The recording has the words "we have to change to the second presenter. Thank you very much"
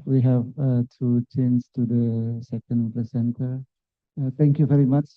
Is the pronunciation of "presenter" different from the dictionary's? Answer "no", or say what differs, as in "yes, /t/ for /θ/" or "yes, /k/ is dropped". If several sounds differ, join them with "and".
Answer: yes, /l/ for /ɹ/ and /s/ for /z/